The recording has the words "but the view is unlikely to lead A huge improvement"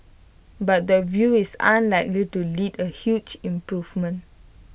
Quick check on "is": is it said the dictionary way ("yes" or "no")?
no